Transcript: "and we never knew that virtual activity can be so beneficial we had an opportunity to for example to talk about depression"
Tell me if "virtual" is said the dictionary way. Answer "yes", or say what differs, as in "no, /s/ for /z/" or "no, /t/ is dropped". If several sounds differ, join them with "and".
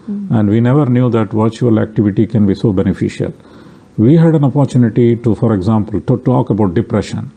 yes